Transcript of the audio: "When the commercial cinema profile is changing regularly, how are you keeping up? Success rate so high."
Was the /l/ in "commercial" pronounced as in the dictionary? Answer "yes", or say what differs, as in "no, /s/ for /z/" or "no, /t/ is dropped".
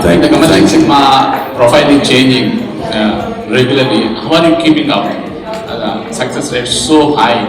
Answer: no, /n/ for /l/